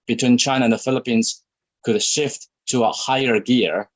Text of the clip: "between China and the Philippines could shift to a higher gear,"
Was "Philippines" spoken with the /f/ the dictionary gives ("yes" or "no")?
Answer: yes